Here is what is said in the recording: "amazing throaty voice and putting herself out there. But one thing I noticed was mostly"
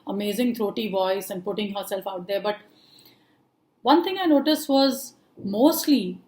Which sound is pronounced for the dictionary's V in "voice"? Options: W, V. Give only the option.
V